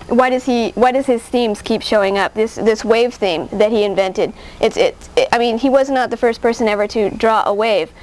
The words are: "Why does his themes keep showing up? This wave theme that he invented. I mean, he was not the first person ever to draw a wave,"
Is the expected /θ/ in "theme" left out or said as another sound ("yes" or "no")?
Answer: no